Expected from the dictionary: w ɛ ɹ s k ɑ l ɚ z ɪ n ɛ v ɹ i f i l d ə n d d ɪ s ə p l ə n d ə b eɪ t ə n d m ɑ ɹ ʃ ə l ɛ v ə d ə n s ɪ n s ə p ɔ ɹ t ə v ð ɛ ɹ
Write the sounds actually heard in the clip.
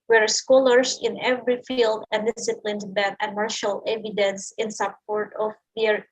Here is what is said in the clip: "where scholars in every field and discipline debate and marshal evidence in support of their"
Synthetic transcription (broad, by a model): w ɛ ɹ s k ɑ l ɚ s ɪ n ɛ v ɹ i f i l d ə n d d ɪ s ə p l ə n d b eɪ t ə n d m ɑ ɹ ʃ ə l ɛ v ə d ə n s ɪ n s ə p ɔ ɹ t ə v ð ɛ ɹ